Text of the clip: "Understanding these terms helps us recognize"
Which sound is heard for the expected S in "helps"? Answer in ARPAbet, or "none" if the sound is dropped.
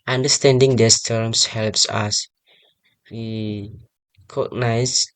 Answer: S